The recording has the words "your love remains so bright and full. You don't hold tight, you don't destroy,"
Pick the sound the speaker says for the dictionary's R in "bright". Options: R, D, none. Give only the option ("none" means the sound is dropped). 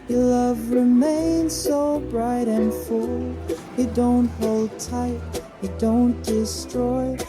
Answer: R